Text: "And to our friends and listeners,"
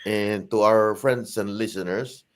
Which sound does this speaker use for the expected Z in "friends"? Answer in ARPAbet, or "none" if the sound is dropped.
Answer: S